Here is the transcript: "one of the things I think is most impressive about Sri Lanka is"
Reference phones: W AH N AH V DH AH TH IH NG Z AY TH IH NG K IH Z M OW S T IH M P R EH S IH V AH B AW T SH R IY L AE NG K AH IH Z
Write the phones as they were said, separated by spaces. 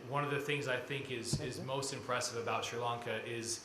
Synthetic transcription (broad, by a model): W AH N AH V DH AH TH IH NG Z AY TH IH NG K IH Z M OW S T IH M P R EH S IH V AH B AW T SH R L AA NG K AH IH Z